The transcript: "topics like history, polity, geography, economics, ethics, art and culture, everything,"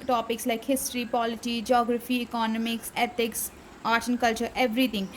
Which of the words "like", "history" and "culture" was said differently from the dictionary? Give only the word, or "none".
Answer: none